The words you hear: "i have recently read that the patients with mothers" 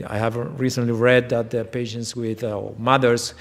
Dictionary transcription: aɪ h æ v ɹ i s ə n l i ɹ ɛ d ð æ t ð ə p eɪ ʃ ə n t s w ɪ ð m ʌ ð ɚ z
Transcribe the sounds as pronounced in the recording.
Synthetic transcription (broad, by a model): aɪ h æ v ɹ i s ə n l i ɹ ɛ d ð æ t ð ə p eɪ ʃ ə n t s w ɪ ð m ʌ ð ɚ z